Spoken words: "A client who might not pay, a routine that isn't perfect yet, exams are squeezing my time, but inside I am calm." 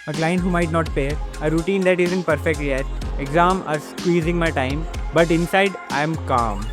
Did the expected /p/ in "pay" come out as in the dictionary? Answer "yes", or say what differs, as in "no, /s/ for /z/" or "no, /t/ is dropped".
no, /f/ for /p/